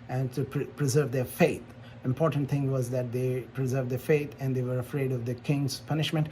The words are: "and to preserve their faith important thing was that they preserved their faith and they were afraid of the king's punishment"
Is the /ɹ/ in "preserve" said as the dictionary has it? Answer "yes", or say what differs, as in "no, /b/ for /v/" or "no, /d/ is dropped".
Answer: yes